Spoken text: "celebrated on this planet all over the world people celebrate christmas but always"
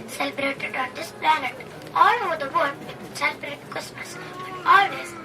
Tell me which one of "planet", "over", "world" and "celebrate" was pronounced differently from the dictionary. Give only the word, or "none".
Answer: world